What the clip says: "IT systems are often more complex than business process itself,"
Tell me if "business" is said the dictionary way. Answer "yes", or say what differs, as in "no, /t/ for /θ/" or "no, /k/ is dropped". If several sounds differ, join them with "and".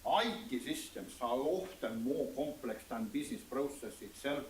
no, /s/ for /z/